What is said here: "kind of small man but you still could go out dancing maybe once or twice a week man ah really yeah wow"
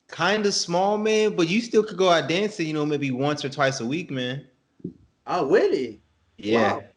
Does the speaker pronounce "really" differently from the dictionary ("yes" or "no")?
yes